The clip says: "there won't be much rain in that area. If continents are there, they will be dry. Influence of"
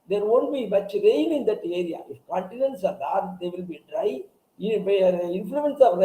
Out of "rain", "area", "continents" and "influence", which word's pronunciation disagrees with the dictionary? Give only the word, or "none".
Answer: rain